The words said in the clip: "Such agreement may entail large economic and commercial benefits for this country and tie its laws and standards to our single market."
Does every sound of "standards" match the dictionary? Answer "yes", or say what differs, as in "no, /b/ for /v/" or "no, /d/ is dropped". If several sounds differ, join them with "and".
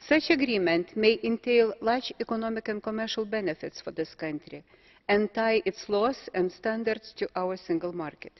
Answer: no, /s/ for /z/